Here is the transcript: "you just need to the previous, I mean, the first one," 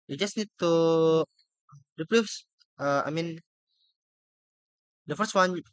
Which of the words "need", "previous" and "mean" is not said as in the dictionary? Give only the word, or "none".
previous